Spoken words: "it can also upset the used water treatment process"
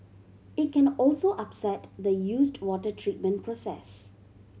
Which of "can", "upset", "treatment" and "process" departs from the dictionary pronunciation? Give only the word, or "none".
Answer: none